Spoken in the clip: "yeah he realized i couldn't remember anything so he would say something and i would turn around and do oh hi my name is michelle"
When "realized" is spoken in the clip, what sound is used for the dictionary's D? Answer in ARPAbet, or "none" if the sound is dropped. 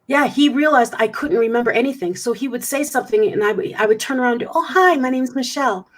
D